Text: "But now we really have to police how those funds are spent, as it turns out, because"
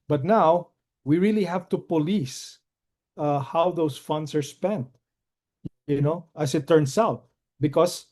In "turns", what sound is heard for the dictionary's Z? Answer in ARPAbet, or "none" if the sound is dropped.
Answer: S